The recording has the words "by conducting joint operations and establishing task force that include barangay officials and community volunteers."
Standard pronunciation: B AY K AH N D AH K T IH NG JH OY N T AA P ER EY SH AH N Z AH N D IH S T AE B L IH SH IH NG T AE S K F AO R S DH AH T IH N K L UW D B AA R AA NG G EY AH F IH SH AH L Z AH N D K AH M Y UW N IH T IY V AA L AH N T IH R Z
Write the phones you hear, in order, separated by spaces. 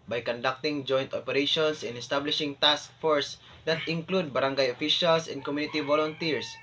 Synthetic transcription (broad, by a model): B AY K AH N D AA K T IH NG JH OY N T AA P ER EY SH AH N S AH N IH S T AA B L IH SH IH NG T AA S K F AO R S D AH T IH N K L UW D B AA R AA NG G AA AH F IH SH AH L S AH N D K AH M Y UW N IH T IY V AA L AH N T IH R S